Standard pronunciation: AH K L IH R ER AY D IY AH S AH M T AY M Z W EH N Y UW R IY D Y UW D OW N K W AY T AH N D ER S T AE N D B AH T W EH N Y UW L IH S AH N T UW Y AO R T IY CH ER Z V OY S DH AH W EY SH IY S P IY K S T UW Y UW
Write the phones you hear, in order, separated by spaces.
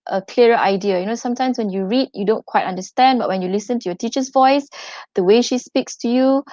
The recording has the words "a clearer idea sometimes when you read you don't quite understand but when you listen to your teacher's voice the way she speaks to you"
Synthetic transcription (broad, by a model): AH K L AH R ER AY D IY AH S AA M T AY M S W EH N Y UW R IY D Y UW D OW N K W AY T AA N D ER S T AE N D B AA T W EH N Y UW L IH S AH N T UW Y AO T IY CH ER S V OY S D AH W EY SH IY S P IY K S T UW Y UW